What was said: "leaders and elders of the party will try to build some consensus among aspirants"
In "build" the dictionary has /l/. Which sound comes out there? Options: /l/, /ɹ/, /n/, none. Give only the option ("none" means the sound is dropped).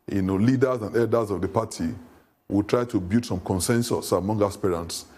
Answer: none